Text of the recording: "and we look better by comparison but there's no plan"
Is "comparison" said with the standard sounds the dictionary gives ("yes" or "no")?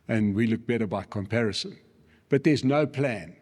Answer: yes